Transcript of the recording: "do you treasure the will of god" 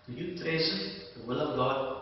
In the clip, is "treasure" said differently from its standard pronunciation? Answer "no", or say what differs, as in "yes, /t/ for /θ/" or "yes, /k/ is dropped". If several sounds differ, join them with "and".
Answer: yes, /ʃ/ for /ʒ/